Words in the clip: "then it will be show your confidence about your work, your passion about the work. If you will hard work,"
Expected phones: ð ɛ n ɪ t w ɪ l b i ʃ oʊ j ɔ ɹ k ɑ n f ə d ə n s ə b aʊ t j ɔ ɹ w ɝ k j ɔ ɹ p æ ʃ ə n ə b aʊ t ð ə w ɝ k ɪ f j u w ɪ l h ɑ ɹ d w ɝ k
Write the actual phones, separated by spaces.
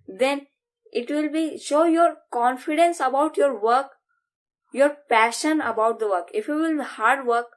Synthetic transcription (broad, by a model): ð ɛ n ɪ t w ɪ l b i ʃ oʊ j ɔ ɹ k ɑ n f ə d ə n s ə b aʊ t j ɔ ɹ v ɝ k j ɔ ɹ p æ ʃ ə n ə b aʊ t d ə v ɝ k ɪ f j u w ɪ l h ɑ ɹ d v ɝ k